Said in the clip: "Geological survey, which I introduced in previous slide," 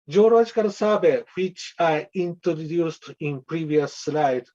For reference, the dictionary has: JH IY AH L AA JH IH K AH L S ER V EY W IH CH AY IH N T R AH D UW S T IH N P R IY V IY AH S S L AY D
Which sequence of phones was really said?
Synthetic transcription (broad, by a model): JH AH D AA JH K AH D S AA B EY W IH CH AY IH N T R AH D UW S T IH N P R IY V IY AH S S L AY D